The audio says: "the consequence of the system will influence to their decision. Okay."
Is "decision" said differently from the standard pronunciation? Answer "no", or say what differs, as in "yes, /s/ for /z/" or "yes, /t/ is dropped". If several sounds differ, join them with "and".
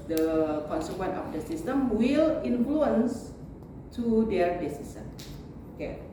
yes, /s/ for /ʒ/